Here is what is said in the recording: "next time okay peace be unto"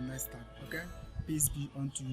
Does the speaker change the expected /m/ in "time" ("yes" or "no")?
yes